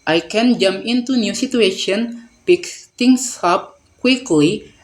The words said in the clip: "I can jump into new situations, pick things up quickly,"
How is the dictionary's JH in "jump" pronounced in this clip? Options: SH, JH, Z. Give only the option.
JH